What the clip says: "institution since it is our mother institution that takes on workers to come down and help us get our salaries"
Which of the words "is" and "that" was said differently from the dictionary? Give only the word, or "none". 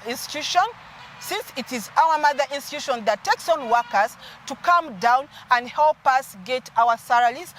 none